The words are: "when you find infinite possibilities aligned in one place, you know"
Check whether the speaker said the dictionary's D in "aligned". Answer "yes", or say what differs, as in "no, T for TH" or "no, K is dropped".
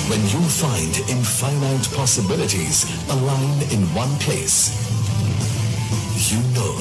no, D is dropped